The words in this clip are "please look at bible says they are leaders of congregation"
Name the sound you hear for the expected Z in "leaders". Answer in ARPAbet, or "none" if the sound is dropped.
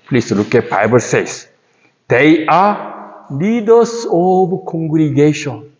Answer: S